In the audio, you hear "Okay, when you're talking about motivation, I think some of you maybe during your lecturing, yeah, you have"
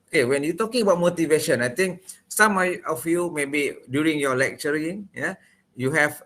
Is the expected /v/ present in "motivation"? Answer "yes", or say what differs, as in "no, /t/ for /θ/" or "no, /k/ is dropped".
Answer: yes